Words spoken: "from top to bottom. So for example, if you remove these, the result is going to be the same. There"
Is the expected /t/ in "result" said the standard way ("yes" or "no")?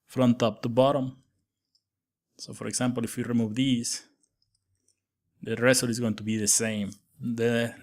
no